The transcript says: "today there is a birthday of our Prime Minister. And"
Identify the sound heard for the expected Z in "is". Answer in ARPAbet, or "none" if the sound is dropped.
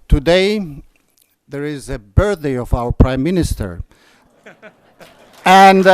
Z